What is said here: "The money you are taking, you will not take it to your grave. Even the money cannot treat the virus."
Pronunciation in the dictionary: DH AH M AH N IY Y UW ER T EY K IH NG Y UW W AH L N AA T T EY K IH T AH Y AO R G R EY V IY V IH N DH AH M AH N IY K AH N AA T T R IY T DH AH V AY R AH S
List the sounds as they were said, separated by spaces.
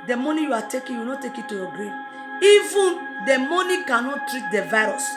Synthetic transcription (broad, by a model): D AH M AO N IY Y UW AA T EY K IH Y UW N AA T T EY K IH T AH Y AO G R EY IY V IH N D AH M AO N IY K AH N AA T T R IY T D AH V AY R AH S